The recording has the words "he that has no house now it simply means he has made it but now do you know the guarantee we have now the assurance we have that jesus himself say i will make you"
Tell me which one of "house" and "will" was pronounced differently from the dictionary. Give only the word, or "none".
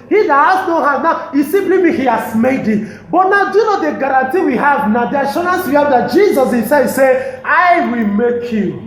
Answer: house